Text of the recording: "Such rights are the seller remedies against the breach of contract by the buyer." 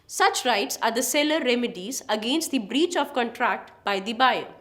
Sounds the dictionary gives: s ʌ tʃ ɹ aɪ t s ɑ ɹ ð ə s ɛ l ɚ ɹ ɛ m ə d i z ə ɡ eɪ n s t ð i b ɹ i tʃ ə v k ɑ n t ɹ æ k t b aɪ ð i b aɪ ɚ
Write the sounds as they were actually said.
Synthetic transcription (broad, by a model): s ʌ tʃ ɹ aɪ t s ɑ ɹ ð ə s ɛ l ɚ ɹ ɛ m ə d i z ə ɡ eɪ n s t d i b ɹ i tʃ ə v k ɑ n t ɹ æ k t b aɪ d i b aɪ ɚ